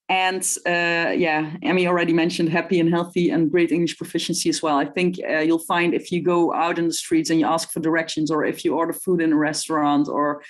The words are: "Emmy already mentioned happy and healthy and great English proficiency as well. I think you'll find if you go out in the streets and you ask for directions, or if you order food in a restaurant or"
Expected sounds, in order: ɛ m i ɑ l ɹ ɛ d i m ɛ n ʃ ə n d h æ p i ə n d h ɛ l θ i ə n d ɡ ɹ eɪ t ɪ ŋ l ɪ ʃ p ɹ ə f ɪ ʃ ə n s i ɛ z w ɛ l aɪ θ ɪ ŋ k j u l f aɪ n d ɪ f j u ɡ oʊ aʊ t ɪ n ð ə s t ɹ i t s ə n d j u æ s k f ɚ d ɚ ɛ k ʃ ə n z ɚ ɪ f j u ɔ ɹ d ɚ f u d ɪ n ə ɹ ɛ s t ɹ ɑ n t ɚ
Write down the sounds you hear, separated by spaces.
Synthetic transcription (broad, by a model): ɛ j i ɑ l ɹ ɛ d i m ɛ n ʃ ə n d h æ p i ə n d h ɛ l θ i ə n ɡ ɹ eɪ t ɪ ŋ l ɪ ʃ p ɹ ə f ɪ ʃ ə n s i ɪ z w ɛ l aɪ θ ɪ ŋ k j u l f aɪ n d ɪ f j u ɡ oʊ aʊ t ɪ n ð ə s t ɹ i t s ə n j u æ s k f ɚ d ɚ ɛ k ʃ ə n z ɚ ɪ f j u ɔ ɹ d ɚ f u d ɪ n ə ɹ ɛ s t ɹ ɑ n t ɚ